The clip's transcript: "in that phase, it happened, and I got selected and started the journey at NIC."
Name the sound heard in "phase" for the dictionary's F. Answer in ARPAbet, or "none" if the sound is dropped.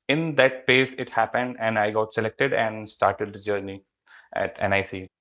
P